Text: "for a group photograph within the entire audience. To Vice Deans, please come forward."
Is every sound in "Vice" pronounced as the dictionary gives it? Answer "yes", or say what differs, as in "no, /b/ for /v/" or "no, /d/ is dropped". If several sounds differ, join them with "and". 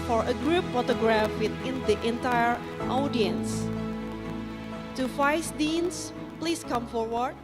no, /f/ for /v/